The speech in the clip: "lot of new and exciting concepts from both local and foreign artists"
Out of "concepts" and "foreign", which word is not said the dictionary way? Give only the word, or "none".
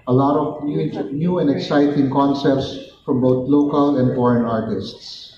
none